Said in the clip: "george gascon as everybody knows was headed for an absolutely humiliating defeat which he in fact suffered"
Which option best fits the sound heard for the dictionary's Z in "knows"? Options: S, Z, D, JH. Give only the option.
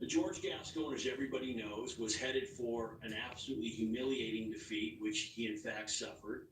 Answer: Z